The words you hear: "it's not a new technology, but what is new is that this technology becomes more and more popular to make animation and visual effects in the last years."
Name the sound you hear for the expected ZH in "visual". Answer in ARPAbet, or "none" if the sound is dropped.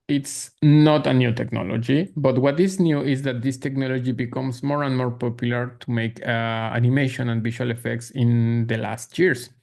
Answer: SH